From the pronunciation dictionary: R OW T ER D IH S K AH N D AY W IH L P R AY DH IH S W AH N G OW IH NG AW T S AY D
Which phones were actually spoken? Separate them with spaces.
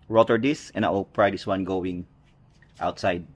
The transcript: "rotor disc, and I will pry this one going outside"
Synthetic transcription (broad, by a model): R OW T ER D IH S AH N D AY W IH L P R AY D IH S W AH N G OW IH NG AW T S AY D